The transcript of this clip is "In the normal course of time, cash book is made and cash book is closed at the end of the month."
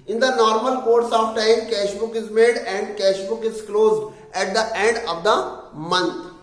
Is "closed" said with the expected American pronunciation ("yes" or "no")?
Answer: yes